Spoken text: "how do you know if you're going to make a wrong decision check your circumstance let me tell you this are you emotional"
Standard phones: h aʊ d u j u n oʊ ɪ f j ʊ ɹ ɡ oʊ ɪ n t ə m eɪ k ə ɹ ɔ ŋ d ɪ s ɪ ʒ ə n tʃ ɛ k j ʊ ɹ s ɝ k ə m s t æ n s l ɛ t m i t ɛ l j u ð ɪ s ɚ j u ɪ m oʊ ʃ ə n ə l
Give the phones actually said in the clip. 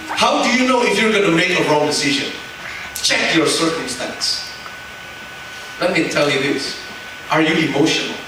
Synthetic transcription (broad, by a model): h aʊ d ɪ j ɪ n oʊ ɪ f j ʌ ɹ ɡ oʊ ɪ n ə m eɪ k ə ɹ ɔ ŋ d ɪ s ɪ ʒ ə n tʃ ɛ k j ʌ ɹ s ɝ k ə m s t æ n s l ɛ t m i t ɛ l j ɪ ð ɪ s ɚ j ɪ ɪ m oʊ ʃ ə n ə l